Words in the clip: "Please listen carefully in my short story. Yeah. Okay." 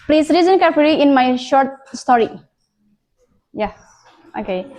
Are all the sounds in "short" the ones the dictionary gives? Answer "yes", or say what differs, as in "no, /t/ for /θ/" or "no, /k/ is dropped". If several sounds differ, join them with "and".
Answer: yes